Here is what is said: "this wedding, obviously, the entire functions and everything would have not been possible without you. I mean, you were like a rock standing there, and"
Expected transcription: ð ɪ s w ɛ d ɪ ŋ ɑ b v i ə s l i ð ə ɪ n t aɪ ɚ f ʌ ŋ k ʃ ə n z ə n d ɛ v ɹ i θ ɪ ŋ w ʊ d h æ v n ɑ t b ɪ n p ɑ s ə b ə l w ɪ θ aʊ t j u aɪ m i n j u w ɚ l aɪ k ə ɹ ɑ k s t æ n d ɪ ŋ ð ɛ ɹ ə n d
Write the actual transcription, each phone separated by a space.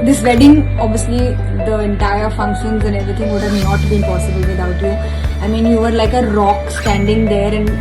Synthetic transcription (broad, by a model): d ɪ s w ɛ d ɪ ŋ ɑ b v i ə s l i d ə ɪ n t aɪ ɚ f ʌ ŋ k ʃ ə n z ə n d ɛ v ɹ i t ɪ ŋ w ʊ d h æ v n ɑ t b ɪ n p ɑ s ə b ə l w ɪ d aʊ t j u aɪ m i n j u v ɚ l aɪ k ə ɹ ɑ k s t æ n d ɪ ŋ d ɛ ɹ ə n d